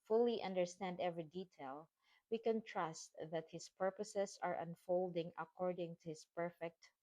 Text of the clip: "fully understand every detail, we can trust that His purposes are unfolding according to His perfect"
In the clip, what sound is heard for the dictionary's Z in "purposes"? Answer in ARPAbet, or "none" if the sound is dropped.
S